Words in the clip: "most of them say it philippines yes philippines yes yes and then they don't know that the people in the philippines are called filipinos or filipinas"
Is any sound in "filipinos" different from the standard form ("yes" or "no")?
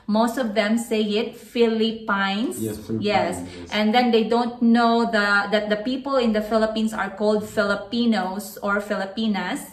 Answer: yes